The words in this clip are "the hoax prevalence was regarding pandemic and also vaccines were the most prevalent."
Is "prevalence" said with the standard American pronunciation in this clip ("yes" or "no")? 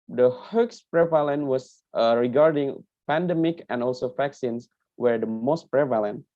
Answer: no